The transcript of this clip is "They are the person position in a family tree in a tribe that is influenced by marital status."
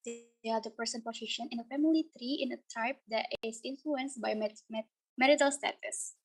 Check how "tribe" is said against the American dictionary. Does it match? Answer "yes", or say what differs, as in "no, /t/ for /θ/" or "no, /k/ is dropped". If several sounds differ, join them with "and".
no, /ɹ/ is dropped